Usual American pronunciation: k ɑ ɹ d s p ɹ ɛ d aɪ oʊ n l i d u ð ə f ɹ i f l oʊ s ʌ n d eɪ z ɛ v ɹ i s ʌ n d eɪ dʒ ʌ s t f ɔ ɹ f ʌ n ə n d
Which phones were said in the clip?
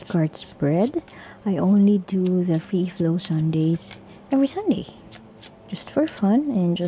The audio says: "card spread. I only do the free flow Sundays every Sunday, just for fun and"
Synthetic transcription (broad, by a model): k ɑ ɹ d s b ɹ ɛ d aɪ oʊ n l i d u ð ə f ɹ i f l oʊ s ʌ n d eɪ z ɛ v ɹ i s ʌ n d eɪ dʒ ʌ s t f ɔ ɹ f ʌ n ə n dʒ